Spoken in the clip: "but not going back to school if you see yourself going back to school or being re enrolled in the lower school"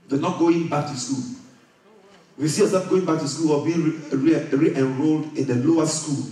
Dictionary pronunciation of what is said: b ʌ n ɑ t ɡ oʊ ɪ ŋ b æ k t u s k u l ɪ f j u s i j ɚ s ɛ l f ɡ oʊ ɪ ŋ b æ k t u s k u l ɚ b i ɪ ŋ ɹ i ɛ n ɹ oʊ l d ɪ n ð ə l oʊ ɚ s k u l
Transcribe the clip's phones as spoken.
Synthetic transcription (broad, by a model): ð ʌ n ɑ t ɡ oʊ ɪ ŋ b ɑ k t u s k u l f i s i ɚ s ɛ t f ɡ oʊ ɪ ŋ b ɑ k t u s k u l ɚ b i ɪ ɹ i ɛ n ɹ oʊ l d ɪ n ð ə l oʊ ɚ s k u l